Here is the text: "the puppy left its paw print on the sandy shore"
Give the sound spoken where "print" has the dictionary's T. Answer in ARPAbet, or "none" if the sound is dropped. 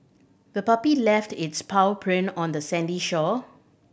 none